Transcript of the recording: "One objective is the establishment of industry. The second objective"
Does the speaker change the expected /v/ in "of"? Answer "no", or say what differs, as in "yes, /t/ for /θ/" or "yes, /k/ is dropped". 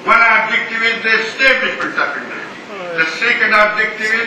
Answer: yes, /p/ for /v/